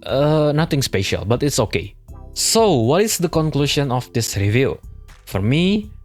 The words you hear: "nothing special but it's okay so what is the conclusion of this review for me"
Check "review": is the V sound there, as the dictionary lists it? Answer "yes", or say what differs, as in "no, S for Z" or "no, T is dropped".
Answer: yes